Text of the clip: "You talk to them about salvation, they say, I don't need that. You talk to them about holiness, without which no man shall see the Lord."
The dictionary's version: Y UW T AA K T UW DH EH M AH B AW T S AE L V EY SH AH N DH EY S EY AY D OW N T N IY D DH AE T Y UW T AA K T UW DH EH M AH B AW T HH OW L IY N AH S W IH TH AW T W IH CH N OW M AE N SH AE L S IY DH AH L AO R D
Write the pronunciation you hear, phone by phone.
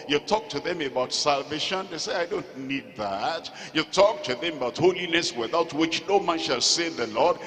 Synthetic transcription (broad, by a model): Y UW T AA K T UW DH EH M AH B AW T S AE L V EY SH AH N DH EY S EY AY D OW N T N IY D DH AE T Y UW T AA K T UW DH EH M AH B AW T HH OW L IY N AH S W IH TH AW T W IH CH N OW M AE N SH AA L S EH DH AH L AO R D